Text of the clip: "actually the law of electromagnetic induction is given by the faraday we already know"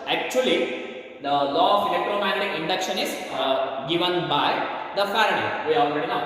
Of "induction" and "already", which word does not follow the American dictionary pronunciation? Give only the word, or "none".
none